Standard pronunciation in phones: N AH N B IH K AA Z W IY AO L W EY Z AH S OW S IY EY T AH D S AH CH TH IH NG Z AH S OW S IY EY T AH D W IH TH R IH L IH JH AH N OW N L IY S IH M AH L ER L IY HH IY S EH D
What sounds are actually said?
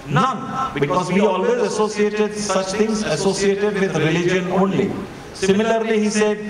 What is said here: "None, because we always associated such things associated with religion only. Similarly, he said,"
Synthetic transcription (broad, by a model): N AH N B IH K AA Z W IY AO L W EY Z AH S OW S IY EY T AH D S AH CH T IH NG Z AH S OW S IY EY T AH D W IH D R IH L IH JH AH N OW N L IY S IH M AH L ER L IY HH IY S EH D